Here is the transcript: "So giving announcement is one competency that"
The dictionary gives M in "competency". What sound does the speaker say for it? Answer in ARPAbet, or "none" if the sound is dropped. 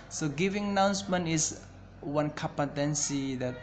none